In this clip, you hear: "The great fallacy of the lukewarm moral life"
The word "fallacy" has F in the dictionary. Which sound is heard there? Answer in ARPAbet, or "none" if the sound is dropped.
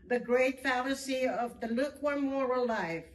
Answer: F